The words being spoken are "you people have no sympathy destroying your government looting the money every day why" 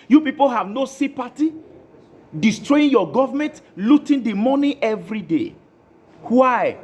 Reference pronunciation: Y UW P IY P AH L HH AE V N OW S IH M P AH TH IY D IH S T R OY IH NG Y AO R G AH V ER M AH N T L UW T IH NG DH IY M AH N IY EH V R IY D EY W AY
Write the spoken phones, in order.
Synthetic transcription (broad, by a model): Y UW P IY P AH L HH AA V N OW S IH P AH T IY D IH S T R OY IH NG Y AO G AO V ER M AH N T L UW T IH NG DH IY M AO N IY EH V R IY D EY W AY